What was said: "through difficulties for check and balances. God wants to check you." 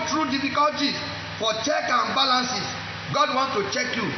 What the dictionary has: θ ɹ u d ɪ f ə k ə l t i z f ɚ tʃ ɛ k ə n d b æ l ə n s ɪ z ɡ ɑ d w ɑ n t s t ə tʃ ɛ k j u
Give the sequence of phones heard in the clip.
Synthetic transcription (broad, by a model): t ɹ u d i f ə k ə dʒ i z f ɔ tʃ ɛ k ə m b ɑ l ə n s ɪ s ɡ ɑ d w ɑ n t t ə tʃ ɛ k j u